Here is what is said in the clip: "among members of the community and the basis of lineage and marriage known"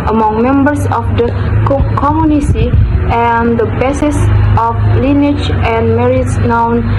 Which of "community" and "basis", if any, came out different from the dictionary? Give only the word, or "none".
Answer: community